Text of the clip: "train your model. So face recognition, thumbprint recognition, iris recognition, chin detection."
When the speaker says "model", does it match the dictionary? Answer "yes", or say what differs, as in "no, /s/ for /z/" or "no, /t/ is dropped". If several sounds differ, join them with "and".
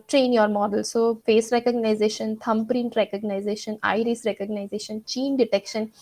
yes